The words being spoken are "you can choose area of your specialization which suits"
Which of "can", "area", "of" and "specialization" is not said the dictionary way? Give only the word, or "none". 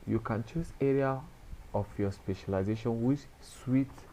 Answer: of